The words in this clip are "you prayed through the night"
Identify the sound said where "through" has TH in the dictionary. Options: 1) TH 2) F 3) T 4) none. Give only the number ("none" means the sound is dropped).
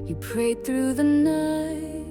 1